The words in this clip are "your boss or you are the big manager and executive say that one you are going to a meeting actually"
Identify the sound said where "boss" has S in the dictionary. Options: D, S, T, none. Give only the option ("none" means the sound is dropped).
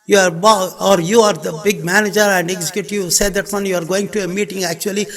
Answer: none